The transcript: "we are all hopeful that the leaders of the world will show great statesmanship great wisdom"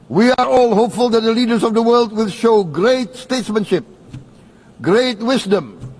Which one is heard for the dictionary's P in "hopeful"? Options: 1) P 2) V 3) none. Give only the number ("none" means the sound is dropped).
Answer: 1